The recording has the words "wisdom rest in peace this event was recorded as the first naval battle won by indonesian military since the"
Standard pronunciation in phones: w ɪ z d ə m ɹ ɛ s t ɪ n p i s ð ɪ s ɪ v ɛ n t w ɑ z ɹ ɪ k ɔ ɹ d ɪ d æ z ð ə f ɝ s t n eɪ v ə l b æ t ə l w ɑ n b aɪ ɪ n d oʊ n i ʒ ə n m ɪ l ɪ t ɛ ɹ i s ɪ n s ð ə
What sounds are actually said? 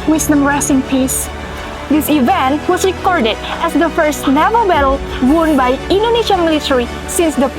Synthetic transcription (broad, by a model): w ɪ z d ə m ɹ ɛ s ɪ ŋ p i s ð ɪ s ɪ v ɛ n t w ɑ s ɹ ɪ k ɔ ɹ d ɪ d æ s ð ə f ɝ s t n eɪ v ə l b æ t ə l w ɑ n b aɪ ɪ n d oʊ n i ʃ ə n m ɪ l ɪ t ɛ ɹ i s ɪ n s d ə